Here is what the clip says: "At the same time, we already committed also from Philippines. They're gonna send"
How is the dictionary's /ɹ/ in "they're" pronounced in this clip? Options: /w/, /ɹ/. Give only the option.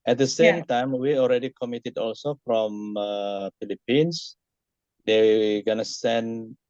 /w/